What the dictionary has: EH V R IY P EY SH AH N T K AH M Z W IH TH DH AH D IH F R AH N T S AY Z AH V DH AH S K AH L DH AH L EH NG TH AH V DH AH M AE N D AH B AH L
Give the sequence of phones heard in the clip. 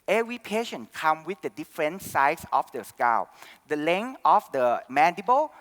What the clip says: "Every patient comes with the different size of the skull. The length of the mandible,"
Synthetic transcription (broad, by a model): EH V R IY P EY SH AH N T K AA M W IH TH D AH D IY F R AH N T S AY S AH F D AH S K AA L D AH L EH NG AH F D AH M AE N D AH B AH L